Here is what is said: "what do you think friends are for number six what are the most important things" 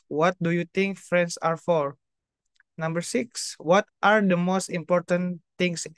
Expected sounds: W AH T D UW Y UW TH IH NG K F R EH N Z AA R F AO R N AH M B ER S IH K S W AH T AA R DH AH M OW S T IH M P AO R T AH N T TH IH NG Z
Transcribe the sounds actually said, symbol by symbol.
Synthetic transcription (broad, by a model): W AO T D UW Y UW T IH NG K F R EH N S AA R F AO R N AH M B ER S IH K S W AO T AA R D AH M OW S T IH M P AO R T AH N T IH NG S